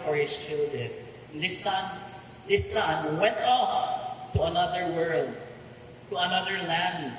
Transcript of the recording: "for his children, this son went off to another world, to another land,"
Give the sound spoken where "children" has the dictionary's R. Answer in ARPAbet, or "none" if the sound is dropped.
L